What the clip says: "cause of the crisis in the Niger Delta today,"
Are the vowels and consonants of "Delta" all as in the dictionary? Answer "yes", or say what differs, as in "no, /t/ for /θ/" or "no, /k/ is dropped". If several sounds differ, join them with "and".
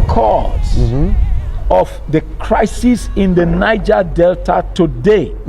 yes